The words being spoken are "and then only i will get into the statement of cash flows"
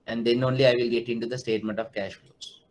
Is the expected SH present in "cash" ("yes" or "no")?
yes